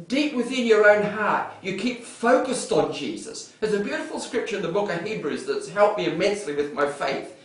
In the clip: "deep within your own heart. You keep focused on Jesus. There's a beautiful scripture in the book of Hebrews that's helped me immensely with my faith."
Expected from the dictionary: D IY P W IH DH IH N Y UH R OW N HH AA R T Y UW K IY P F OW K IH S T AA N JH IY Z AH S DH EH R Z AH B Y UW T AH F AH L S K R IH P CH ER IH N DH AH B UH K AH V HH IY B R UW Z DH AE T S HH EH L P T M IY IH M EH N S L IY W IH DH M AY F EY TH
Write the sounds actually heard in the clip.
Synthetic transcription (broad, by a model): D IY P W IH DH IH N Y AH R OW N HH AA R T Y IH K IY P F OW K IH S T N JH IY Z AH S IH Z AH B Y UW T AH F L S K R IH P CH ER IH N DH AH B UH K AH V HH IY B R UW Z DH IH T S HH EH L P M IY IH M EH N S L IY W IH DH M AY F EY TH